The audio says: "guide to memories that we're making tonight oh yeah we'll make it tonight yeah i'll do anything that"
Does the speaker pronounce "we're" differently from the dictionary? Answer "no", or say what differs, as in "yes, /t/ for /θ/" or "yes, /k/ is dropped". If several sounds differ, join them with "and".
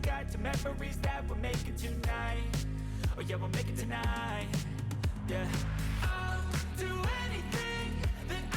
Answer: yes, /l/ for /ɹ/